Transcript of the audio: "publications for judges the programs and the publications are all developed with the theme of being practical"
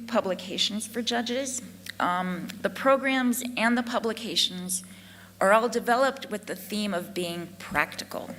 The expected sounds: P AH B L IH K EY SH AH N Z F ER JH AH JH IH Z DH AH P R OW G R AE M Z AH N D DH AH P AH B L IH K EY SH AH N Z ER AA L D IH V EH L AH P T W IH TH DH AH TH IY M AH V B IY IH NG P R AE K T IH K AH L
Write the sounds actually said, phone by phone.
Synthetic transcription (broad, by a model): P AH B L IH K EY SH N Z F ER JH AH JH IH Z DH AH P R OW G R AE M Z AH N DH AH P AH B L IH K EY SH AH N Z ER AA L D IH V EH L AH P T W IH DH AH TH IY M AH V B IY IH NG P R AE K T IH K L